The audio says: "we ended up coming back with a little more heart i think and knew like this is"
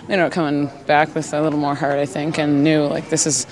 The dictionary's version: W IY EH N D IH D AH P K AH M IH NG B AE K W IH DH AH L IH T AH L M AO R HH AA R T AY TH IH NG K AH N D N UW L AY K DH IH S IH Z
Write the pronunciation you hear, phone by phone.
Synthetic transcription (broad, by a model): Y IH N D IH UH K AH M IH NG B AE K W IH DH AH L IH T L M AO R HH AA R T AY TH IH NG K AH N N UW L AY K DH IH S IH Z